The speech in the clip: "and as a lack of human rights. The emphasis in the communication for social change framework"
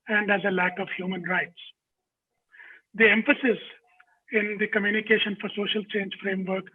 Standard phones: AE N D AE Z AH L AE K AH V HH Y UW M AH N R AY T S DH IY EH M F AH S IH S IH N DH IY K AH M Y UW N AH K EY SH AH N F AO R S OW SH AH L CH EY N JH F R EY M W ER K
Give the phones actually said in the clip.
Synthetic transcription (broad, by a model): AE N D AE Z AH L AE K AH V HH Y UW M AH N R AY T S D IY EH M F AH S IH S IH N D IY K AH M Y UW N AH K EY SH AH N F AO R S OW SH AH L CH EY N JH F R EY M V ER K